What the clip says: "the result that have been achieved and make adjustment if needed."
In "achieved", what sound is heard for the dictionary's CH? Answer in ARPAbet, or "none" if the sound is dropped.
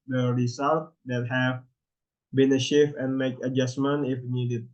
SH